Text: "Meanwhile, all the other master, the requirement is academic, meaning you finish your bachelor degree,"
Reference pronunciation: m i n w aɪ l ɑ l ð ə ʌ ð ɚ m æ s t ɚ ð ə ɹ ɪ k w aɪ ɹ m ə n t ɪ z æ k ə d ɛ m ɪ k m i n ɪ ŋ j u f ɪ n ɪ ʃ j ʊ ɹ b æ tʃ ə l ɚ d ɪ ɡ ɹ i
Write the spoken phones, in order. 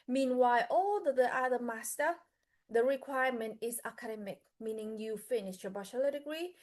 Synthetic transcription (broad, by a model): m i n w aɪ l ɑ l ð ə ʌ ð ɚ m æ s t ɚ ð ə ɹ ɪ k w aɪ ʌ m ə n t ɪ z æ k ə d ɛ m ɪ k m i n ɪ ŋ j u f ɪ n ɪ ʃ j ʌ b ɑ ʃ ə l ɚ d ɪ ɡ ɹ i